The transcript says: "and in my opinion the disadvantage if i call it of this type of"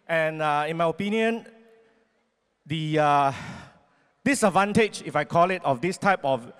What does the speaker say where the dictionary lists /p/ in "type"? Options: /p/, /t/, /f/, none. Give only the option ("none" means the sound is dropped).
/p/